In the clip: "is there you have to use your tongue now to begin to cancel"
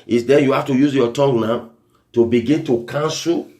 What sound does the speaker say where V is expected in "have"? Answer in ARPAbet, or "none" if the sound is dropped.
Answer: F